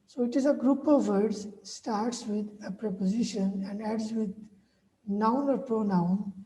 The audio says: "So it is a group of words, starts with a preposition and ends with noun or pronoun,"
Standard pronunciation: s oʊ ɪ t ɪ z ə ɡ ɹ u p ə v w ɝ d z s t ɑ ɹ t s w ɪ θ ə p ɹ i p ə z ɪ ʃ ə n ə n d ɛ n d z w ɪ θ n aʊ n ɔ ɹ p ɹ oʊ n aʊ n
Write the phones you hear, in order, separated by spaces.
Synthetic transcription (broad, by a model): s oʊ ɪ t ɪ z ə ɡ ɹ u p ə v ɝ d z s t ɑ ɹ t s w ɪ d ə p ɹ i p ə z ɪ ʃ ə n ə n d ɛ d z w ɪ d n aʊ n ɔ ɹ p ɹ oʊ n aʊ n